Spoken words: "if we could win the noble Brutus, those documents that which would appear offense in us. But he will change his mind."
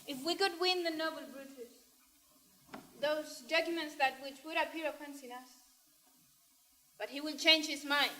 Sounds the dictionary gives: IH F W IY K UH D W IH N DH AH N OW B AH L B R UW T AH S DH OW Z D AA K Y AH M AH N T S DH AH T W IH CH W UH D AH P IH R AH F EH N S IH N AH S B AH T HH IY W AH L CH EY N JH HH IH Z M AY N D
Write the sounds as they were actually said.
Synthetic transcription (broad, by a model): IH F W IY K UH D W IH N DH AH N OW B AH L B R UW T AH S DH OW Z D AA K Y AH M AH N T S DH AH T W IH CH W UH D AH P IH R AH P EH N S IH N AH S B AH T HH IY W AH N CH EY N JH HH IH Z M AY N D